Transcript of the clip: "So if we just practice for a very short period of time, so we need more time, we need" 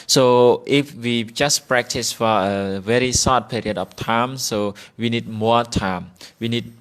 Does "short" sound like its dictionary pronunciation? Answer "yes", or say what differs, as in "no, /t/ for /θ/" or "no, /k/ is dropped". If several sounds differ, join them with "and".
no, /s/ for /ʃ/